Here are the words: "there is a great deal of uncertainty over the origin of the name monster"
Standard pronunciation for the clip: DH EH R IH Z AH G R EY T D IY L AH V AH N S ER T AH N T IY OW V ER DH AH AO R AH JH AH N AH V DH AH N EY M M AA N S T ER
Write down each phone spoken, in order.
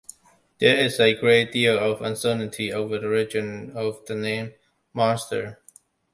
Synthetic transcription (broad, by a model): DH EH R IH Z AH G R EY T D IY L AH V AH N S ER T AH N T IY OW V ER DH AH R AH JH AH N AH V DH AH N EY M M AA S T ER